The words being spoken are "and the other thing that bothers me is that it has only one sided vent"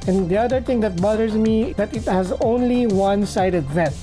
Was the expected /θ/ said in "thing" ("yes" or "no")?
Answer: no